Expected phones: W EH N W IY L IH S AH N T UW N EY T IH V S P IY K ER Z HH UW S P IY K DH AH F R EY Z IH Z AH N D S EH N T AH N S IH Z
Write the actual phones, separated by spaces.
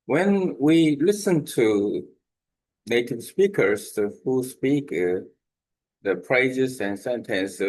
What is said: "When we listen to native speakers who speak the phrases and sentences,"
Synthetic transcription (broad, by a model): W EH N W IY L IH S AH N T UW N EY T IH V S P IY K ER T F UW S P IY K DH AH P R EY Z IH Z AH N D S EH N T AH N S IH